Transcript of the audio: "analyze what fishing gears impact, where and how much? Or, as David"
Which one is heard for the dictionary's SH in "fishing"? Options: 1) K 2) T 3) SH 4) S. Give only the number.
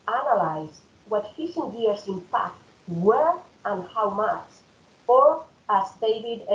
4